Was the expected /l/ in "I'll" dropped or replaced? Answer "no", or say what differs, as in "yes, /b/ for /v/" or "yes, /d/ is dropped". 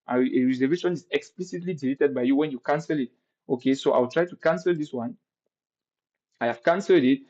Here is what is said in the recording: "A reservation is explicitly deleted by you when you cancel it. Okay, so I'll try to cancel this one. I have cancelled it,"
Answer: yes, /w/ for /l/